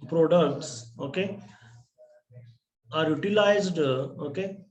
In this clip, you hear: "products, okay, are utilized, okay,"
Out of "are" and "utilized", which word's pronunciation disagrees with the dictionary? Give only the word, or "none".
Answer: none